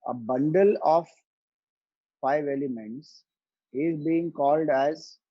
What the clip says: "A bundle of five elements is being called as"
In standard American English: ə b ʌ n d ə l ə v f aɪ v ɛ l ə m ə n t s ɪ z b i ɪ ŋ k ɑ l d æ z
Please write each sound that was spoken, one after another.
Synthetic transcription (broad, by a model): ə b ʌ n d ə l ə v f aɪ v ɛ l ə m ə n t s ɪ z b i ɪ ŋ k ɑ l d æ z